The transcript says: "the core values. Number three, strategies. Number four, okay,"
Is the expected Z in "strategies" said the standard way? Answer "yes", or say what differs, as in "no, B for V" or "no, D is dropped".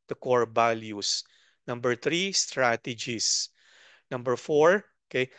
no, S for Z